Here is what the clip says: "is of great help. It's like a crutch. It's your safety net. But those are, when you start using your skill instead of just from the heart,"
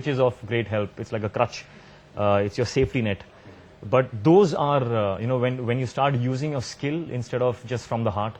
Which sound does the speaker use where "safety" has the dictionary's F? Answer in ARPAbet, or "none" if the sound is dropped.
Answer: F